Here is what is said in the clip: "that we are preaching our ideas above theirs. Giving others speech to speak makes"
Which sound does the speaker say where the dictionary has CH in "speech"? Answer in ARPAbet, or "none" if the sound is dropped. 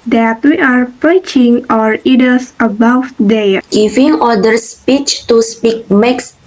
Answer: CH